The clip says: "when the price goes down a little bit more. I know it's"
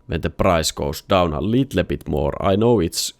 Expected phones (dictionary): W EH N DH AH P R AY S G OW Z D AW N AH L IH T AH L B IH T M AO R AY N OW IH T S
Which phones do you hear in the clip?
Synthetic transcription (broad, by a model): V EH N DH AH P R AY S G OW S D AW N AH L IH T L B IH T M AO R AY N OW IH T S